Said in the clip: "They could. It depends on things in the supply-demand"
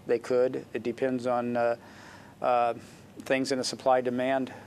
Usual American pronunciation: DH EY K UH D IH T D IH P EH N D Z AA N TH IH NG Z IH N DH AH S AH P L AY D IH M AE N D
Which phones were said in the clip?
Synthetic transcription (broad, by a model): DH EY K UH D IH T D IH P EH N D Z N TH IH NG Z IH N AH S AH P L AY D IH M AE N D